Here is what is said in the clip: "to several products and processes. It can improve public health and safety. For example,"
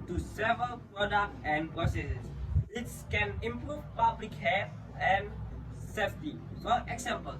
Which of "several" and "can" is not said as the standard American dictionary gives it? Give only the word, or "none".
none